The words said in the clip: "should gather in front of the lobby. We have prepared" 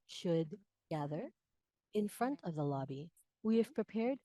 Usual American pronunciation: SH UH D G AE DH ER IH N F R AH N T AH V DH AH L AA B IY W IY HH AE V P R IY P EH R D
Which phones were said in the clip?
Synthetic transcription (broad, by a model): SH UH D G AE DH ER IH N F R AH N T AH V DH AH L AA B IY W IY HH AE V P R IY P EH R D